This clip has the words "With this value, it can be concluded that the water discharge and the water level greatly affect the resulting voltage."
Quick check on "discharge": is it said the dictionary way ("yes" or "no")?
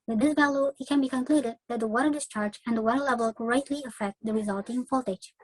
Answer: yes